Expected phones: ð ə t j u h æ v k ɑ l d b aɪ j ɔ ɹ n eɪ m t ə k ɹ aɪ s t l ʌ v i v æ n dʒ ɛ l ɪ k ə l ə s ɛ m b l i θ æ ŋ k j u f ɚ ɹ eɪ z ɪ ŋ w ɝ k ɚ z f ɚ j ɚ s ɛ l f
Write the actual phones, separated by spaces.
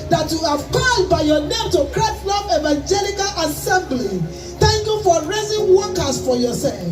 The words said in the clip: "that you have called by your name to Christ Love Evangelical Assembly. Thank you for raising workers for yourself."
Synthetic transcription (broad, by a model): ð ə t j u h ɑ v k ɑ l d b aɪ j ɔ n eɪ m t ə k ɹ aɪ t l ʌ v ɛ v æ n dʒ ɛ l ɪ k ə l ə s ɛ m b l i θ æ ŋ k j u f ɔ ɹ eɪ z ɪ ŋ w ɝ k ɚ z f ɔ j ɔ s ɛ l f